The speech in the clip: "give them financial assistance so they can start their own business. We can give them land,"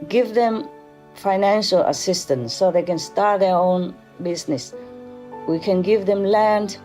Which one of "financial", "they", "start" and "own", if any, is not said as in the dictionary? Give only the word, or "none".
none